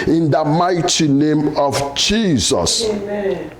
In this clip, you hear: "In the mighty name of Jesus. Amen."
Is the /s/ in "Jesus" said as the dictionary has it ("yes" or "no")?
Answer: yes